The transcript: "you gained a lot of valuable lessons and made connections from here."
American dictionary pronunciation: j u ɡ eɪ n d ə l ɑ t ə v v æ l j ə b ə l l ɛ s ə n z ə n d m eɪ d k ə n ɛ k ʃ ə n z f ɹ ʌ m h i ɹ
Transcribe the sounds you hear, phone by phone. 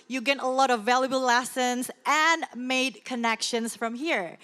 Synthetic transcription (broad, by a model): j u ɡ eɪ d ə l ɑ t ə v v æ l j ə b ə l l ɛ s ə n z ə n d m eɪ d k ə n ɛ k ʃ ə n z f ɹ ʌ m h i ɹ